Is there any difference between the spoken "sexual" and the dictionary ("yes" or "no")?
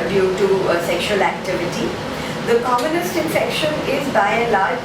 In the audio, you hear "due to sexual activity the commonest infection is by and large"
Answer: no